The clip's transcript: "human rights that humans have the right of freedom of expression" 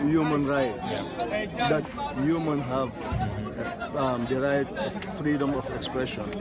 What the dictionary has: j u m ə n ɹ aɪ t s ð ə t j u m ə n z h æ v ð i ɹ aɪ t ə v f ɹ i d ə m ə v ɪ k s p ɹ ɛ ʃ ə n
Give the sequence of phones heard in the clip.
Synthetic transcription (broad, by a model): j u m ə n ɹ aɪ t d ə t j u m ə n h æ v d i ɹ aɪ ə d f ɹ i d ə m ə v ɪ k s p ɹ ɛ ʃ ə n